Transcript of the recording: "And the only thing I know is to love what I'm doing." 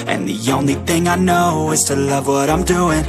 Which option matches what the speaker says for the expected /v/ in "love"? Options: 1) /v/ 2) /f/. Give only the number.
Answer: 1